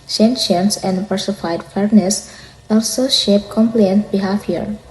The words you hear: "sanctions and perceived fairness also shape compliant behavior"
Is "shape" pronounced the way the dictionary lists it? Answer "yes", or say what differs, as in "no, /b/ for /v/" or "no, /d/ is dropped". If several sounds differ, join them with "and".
yes